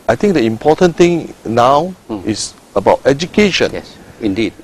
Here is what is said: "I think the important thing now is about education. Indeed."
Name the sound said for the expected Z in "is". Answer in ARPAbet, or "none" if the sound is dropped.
S